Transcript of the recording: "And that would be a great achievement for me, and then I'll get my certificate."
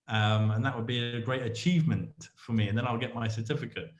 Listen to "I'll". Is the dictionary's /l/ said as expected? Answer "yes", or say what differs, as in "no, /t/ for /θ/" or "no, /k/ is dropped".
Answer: yes